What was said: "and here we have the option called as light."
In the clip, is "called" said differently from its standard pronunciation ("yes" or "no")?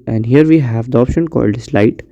no